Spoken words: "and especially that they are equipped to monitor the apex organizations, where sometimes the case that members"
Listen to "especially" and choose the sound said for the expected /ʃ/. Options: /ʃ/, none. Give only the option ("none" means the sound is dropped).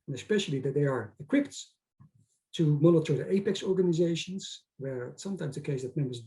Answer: /ʃ/